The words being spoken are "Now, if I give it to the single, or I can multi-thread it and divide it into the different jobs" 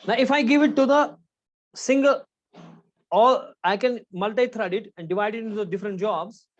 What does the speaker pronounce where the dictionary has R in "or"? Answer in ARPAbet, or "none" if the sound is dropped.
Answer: L